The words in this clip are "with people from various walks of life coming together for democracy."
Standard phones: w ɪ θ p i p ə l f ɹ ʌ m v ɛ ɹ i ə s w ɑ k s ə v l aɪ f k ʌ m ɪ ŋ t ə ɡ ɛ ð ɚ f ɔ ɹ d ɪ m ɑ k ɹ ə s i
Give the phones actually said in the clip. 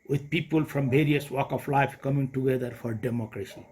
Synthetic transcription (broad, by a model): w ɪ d p i p ə l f ɹ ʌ m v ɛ ɹ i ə s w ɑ k ə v l aɪ f k ʌ m ɪ ŋ t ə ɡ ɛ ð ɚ f ɔ ɹ d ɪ m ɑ k ɹ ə s i